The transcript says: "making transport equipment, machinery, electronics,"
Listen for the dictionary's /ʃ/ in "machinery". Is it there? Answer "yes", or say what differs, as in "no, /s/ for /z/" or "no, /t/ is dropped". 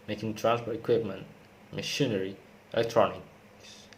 yes